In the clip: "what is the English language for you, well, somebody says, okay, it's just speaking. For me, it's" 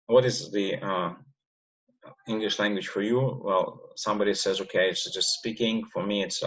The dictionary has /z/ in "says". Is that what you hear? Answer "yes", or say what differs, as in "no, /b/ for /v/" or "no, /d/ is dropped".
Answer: yes